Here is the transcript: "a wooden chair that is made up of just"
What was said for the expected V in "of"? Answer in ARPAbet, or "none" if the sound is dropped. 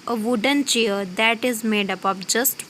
P